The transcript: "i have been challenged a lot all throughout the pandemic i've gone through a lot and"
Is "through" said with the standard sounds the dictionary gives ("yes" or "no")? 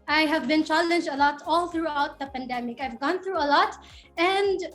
yes